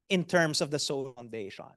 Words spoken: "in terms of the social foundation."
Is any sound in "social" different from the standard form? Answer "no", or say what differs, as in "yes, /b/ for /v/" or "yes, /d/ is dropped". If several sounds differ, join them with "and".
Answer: yes, /ʃ/ is dropped